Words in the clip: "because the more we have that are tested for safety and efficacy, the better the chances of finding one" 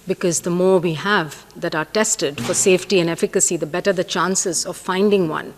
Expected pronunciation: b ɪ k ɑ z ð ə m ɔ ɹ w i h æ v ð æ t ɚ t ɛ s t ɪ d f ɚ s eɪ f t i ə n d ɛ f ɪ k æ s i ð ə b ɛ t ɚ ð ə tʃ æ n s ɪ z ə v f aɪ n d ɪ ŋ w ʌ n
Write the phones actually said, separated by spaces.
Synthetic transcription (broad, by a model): b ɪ k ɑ z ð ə m ɔ ɹ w i h æ v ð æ t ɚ t ɛ s t ɪ d f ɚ s eɪ f t i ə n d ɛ f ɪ k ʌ s i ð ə b ɛ t ɚ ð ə tʃ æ n s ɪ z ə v f aɪ n d ɪ ŋ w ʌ n